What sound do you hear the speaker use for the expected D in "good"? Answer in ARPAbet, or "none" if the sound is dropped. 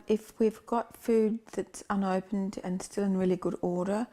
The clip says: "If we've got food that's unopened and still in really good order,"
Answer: D